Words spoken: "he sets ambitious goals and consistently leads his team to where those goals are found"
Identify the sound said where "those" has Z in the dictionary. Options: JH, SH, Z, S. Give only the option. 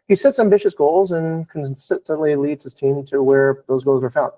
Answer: Z